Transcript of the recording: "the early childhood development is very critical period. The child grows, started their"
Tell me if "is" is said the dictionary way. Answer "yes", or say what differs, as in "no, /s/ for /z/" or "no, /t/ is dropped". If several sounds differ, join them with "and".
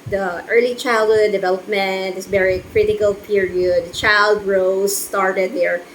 no, /s/ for /z/